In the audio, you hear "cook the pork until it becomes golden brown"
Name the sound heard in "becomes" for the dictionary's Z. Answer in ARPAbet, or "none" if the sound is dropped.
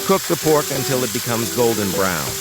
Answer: Z